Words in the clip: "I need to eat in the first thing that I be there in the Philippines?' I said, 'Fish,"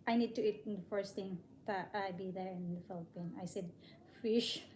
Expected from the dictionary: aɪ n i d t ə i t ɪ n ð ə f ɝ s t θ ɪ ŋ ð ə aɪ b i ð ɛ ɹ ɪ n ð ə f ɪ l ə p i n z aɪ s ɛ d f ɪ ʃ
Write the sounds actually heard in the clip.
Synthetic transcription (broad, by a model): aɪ n i d t ə i t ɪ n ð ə f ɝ s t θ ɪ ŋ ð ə aɪ b i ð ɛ ɹ ɪ n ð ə f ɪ l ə p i n aɪ s ɛ d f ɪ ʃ